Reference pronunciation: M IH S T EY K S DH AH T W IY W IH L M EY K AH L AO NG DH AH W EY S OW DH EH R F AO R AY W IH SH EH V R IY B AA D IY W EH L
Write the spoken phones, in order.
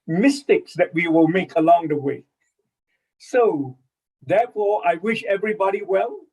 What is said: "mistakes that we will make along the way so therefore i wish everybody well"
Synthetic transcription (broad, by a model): M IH S T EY K S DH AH T W IY W IH L M EY K AH L AO NG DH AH W EY S OW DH EH F AO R AY W IH SH EH V R IY B AA D IY W EH L